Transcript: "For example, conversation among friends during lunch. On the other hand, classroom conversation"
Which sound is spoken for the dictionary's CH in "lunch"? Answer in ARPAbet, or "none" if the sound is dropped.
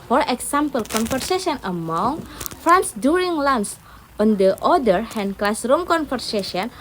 S